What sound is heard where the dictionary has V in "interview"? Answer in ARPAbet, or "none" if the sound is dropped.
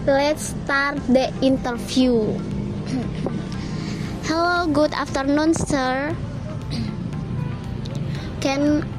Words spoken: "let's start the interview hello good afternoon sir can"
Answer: F